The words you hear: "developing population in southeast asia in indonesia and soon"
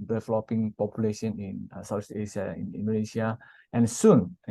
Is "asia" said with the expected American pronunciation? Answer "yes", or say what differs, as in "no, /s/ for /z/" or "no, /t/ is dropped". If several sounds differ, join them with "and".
no, /s/ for /ʒ/